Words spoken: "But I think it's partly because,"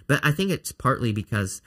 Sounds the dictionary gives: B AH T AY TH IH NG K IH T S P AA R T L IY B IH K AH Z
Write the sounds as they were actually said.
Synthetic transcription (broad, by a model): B AH T AY TH IH NG K IH T S P AA R T L IY B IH K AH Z